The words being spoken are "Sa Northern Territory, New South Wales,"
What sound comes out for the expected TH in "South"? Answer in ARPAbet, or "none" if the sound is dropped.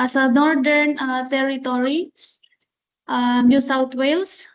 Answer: T